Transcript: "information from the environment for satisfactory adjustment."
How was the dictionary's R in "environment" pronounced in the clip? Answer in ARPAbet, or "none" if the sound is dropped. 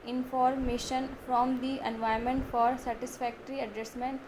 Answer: none